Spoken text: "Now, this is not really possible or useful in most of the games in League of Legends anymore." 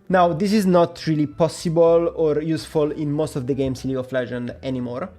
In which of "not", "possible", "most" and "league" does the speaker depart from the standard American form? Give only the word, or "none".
league